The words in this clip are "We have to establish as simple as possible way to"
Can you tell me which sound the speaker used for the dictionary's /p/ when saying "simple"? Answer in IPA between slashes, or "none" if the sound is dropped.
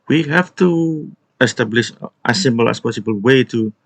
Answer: /b/